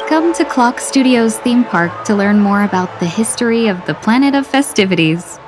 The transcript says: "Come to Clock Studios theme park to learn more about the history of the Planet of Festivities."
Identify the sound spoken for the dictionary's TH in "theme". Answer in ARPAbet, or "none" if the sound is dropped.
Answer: TH